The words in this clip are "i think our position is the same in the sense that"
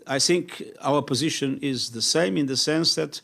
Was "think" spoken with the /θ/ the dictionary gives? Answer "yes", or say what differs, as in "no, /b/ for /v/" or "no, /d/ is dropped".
yes